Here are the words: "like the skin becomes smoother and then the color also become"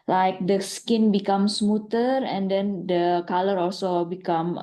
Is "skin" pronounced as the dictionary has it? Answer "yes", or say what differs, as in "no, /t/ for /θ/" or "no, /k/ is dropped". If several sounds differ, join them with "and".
yes